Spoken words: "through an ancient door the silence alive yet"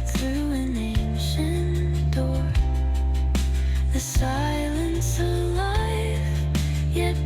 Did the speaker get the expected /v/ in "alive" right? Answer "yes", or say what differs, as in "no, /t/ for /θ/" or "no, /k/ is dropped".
no, /f/ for /v/